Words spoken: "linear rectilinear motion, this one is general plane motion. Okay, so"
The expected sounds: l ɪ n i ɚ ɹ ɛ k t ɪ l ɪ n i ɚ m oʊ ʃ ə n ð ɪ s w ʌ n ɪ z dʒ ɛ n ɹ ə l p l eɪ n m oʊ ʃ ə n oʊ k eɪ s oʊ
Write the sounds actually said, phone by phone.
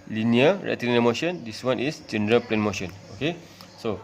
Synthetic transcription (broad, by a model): l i n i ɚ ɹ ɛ t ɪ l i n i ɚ m oʊ ʃ ə n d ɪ s w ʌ n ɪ s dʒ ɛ n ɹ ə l p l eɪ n m oʊ ʃ ə n oʊ k eɪ s oʊ